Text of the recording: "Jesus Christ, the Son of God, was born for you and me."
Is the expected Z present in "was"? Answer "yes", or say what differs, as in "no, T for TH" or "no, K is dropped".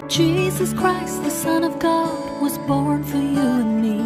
yes